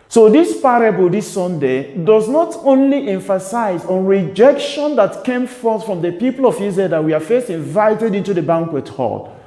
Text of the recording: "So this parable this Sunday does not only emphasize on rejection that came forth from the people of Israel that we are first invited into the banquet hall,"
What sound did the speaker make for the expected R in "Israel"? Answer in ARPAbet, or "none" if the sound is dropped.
none